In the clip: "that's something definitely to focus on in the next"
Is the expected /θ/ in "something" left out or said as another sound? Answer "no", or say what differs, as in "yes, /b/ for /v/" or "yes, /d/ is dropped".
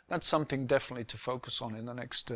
no